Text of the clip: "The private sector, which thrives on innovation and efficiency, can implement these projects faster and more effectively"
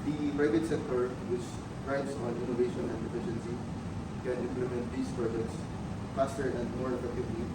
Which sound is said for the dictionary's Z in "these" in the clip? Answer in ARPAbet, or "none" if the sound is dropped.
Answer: S